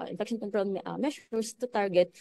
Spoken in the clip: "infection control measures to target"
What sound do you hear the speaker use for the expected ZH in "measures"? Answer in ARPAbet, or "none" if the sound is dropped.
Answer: SH